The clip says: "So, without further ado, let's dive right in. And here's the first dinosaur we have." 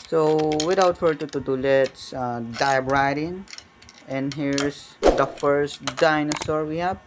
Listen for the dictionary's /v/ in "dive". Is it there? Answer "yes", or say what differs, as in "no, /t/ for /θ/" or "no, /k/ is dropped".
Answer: no, /b/ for /v/